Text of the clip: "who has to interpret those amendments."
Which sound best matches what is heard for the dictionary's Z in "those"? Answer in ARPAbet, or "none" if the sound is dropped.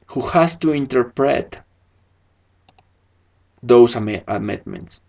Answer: S